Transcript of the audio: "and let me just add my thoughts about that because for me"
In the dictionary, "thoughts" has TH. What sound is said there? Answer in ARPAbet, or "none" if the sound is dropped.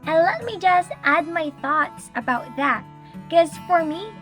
TH